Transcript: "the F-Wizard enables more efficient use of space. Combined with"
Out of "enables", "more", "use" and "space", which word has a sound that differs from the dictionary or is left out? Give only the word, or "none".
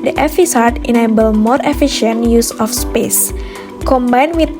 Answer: enables